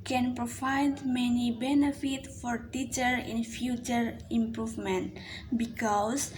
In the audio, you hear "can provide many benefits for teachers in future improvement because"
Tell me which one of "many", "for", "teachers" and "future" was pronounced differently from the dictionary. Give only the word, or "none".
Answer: teachers